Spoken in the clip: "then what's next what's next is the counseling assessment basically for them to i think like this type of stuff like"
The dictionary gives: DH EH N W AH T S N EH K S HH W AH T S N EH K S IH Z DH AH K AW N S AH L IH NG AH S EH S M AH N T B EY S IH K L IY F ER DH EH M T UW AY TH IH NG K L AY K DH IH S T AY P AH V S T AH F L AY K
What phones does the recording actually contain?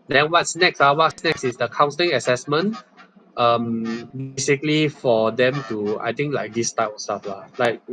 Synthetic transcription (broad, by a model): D EH N W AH T S N EH K S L W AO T S N EH K S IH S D AH K AW N S AH L IH NG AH S EH S M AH N T B EY S IH K L IY F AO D EH M T UW AY T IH NG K L AY K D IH S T AY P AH S T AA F L AY K